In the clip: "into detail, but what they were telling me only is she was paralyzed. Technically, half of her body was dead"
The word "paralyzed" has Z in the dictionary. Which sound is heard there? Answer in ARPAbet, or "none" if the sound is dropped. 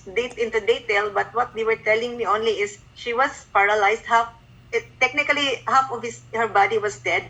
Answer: S